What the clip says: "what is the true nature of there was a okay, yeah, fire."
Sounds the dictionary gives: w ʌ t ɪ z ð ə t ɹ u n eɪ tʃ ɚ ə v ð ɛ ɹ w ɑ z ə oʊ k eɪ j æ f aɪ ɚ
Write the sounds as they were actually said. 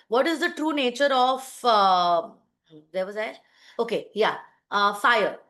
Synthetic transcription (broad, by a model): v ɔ t ɪ z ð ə t ɹ u n eɪ tʃ ɚ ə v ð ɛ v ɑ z ə oʊ k eɪ j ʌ f aɪ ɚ